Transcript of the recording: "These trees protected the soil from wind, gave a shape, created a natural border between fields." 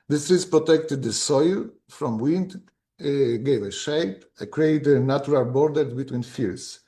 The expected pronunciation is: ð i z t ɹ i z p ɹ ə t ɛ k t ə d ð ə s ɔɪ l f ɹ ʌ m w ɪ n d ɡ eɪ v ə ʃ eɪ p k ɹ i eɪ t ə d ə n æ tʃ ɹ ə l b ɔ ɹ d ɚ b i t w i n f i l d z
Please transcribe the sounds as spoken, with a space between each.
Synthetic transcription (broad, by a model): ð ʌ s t ɹ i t p ɹ ə t ɛ k t ə d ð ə s ɔɪ l f ɹ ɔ m w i n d ɡ eɪ v ə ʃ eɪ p k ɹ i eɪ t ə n ə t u ɹ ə l b ɔ ɹ d ɚ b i t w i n f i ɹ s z